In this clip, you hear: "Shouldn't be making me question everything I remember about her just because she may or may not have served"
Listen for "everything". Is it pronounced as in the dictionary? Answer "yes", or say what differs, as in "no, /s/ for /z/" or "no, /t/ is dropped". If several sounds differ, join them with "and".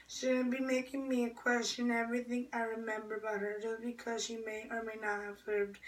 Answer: yes